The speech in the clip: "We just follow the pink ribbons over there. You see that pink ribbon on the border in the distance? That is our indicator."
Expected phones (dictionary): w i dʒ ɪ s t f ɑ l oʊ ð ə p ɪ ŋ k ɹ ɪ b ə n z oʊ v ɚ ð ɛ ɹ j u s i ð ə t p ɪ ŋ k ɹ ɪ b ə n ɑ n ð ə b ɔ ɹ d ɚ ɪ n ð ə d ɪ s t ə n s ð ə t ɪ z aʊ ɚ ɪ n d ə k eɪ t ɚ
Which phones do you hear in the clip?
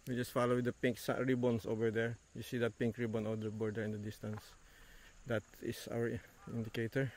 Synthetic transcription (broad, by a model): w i dʒ ɪ s t f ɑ l oʊ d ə p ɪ ŋ k ɹ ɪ b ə n s oʊ v ɚ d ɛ ɹ j u s i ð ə t p ɪ ŋ k ɹ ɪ b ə n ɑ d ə b ɔ ɹ d ɚ ɪ n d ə d ɪ s t ə n s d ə t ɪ s aʊ ɚ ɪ n d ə k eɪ t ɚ